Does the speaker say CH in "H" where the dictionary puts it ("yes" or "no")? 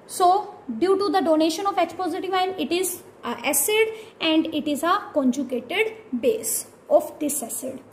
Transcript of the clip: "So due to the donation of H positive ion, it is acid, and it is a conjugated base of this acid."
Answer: no